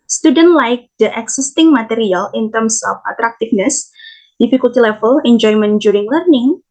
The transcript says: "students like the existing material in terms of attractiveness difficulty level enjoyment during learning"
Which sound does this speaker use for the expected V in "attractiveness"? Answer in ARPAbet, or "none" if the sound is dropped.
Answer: F